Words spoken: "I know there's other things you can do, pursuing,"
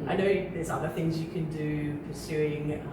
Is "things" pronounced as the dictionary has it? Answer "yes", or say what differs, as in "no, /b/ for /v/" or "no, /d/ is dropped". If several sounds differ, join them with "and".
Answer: yes